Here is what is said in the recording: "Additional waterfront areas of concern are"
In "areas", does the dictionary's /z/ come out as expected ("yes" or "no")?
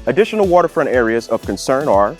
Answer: yes